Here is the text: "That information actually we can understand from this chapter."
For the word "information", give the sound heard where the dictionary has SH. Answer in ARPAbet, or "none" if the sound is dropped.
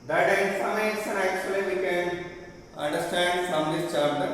S